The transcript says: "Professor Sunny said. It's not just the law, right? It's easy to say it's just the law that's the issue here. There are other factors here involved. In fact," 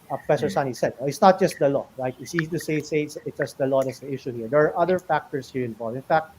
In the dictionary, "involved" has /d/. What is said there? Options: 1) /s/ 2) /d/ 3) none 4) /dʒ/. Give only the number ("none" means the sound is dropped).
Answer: 3